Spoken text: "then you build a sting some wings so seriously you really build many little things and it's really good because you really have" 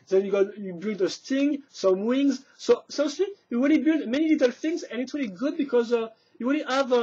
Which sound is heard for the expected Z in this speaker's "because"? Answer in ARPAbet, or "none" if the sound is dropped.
Z